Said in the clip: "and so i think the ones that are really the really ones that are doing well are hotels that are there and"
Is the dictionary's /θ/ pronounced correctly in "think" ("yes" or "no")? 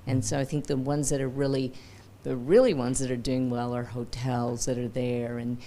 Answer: yes